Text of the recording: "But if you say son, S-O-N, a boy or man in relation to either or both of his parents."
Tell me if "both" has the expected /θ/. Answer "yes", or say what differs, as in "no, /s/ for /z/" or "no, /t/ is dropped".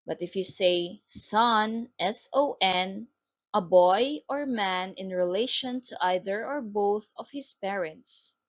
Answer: yes